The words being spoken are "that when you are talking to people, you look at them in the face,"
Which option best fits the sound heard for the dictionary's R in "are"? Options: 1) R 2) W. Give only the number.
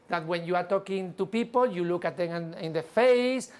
1